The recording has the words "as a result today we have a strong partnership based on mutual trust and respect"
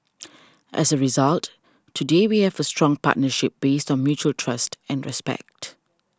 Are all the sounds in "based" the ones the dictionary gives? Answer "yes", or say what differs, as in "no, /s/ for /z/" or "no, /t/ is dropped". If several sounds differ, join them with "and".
yes